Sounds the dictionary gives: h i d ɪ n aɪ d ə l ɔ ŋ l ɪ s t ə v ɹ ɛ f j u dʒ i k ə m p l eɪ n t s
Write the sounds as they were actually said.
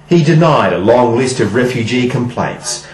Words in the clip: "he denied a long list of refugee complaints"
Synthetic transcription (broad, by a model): h i d ɪ n aɪ d ə l ɔ ŋ l ɪ s t ə v ɹ ɛ f j u dʒ i k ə m p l eɪ n t s